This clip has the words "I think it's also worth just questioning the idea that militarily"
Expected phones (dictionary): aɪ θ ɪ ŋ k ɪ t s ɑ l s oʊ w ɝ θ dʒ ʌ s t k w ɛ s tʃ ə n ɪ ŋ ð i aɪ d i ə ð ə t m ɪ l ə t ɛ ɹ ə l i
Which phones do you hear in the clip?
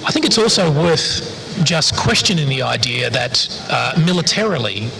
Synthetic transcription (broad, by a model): aɪ θ ɪ ŋ k ɪ t s ɑ l s oʊ w ɝ θ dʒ ʌ s k w ɛ s tʃ ə n ɪ ŋ ð i aɪ d i ə ð ə t m ɪ l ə t ɛ ɹ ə l i